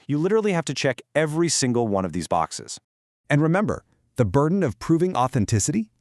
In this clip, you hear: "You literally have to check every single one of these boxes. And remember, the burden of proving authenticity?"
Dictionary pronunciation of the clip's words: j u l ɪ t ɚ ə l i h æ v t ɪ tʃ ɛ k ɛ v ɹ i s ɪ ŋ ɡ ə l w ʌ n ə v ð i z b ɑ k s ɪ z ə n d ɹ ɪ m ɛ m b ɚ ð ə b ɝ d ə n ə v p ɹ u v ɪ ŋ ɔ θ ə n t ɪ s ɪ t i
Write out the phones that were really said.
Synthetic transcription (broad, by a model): j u l ɪ t ɚ l i h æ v t ɪ tʃ ɛ k ɛ v ɹ i s ɪ ŋ ɡ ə l w ʌ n ə v ð i z b ɑ k s ɪ z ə n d ɹ ɪ m ɛ m b ɚ ð ə b ɝ d n ə v p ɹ u v ɪ ŋ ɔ θ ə n t ɪ s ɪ t i